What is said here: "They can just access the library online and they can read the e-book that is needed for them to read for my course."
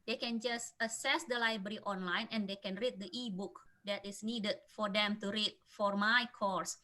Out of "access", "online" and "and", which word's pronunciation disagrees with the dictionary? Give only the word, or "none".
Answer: access